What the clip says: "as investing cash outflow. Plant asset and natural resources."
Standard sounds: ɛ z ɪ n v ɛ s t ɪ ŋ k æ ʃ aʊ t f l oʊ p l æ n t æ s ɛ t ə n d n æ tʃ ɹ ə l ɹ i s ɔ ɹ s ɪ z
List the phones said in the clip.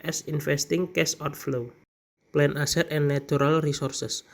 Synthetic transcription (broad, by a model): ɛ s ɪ n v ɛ s t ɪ ŋ k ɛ s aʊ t f l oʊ p l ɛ n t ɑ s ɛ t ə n n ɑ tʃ ɹ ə l ɹ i s ɔ ɹ s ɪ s